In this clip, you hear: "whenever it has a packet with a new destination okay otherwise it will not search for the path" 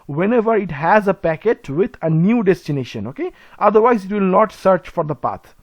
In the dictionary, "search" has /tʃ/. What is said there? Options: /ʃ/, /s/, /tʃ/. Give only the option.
/tʃ/